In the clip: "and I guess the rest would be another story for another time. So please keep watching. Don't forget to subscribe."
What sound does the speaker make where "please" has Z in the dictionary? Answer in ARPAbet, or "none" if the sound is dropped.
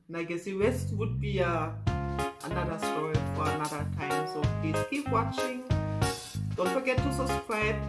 none